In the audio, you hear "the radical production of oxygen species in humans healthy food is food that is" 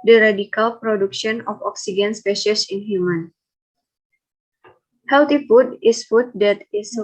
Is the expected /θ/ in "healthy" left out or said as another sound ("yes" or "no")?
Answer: yes